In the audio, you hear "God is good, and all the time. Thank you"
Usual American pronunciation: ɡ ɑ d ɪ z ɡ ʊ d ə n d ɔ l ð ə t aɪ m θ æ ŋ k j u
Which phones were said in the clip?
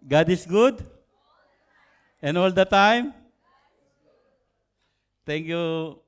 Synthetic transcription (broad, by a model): ɡ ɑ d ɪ s ɡ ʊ d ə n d ɔ l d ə t aɪ m t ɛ ŋ k j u